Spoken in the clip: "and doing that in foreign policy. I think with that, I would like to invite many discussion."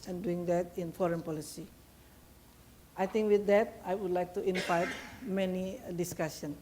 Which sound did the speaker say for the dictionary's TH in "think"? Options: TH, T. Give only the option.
T